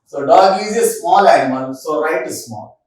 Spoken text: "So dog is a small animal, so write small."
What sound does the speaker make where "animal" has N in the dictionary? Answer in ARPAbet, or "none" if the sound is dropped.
none